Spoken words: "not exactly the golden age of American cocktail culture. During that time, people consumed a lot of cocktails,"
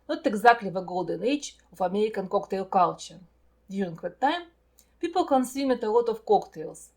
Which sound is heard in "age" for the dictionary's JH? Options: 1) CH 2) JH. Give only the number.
1